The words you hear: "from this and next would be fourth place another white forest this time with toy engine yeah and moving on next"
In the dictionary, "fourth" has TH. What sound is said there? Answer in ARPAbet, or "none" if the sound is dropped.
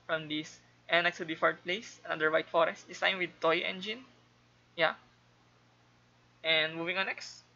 T